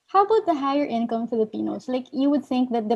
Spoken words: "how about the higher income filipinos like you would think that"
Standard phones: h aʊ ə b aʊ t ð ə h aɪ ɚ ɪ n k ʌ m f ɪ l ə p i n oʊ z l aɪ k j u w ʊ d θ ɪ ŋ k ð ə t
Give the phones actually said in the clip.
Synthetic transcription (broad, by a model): h aʊ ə b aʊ t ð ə h aɪ ɚ ɪ n k ʌ m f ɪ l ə p i n oʊ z l aɪ k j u w ʊ d θ ɪ ŋ k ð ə t